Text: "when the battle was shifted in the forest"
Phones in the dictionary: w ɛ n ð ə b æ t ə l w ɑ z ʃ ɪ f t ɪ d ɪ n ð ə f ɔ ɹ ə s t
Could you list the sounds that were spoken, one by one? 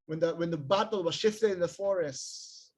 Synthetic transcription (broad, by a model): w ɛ n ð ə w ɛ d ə l w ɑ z ʃ ɪ f t ɪ d ɪ n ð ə f ɔ ɹ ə s t